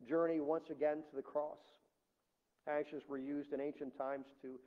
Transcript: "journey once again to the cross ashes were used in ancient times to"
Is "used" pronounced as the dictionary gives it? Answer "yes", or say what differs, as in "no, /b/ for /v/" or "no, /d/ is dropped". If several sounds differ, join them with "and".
yes